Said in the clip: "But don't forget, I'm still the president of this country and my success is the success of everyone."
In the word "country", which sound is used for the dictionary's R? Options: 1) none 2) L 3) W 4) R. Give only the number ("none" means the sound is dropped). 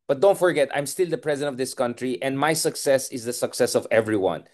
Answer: 4